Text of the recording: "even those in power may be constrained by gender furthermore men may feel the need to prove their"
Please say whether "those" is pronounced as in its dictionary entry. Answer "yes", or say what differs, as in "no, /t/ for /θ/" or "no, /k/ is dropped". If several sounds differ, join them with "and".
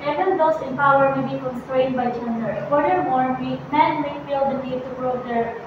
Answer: no, /s/ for /z/